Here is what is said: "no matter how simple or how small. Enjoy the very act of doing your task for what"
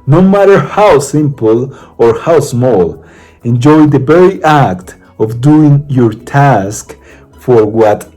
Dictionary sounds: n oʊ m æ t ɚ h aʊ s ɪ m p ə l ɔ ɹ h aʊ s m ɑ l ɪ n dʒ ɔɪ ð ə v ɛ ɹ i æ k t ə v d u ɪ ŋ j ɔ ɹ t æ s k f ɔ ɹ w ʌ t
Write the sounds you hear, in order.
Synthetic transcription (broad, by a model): n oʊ m æ t ɚ h aʊ s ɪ m p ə l ɔ ɹ h aʊ s m ɑ l ɪ n dʒ ɔɪ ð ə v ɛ ɹ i æ k t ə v d u ɪ ŋ j ɔ ɹ t æ s k f ɔ ɹ w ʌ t